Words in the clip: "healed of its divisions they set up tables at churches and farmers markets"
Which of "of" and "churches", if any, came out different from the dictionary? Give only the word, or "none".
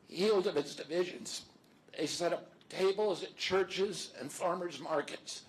none